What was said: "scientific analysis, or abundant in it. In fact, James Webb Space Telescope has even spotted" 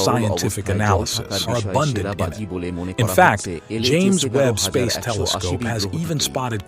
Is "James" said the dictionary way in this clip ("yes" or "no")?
yes